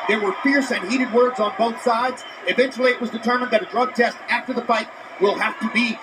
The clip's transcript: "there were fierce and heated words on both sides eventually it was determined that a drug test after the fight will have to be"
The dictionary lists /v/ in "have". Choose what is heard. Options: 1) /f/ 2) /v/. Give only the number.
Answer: 1